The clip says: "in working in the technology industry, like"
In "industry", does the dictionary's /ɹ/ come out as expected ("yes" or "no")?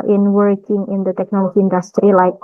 yes